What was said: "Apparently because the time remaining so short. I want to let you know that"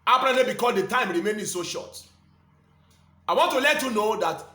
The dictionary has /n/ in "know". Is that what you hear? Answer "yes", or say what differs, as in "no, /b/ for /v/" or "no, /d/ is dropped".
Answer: yes